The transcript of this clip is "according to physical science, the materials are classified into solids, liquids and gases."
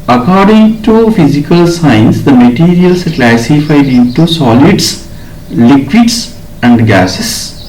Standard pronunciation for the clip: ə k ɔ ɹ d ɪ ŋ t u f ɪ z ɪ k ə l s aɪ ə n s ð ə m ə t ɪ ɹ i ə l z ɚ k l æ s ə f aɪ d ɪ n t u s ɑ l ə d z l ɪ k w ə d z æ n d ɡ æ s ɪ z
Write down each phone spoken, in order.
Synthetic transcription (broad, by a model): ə k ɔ ɹ d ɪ ŋ t u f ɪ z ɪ k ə l s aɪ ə n s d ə m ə t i ɹ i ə l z k l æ s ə f aɪ d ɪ t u s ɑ l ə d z l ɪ k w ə d s æ n d ɡ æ s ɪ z